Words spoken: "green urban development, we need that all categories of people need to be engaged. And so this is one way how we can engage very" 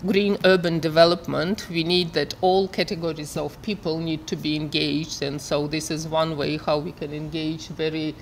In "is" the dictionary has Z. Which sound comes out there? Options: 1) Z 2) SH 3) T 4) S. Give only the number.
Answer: 1